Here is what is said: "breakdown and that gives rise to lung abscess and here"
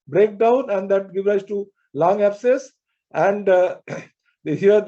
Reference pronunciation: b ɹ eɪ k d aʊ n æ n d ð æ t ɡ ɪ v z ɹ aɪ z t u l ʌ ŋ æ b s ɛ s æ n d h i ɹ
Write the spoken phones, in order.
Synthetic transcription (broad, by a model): b ɹ eɪ k d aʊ n æ n d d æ t ɡ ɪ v ɹ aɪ s t u l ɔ ŋ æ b s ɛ s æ n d h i ɹ